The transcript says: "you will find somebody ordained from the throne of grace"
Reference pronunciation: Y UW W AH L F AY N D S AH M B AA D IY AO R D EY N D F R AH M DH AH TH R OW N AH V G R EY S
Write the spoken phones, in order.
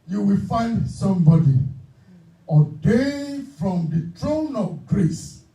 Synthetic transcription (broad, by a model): Y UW W AH L F AY N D S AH M B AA D IY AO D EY F R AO M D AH T R OW N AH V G R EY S